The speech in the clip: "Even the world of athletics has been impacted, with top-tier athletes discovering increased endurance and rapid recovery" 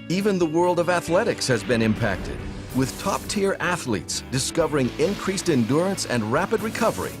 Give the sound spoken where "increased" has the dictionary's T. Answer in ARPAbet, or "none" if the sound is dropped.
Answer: T